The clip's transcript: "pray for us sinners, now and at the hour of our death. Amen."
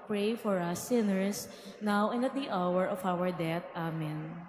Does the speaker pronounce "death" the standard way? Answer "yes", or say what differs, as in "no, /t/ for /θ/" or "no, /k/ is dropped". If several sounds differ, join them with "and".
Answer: no, /t/ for /θ/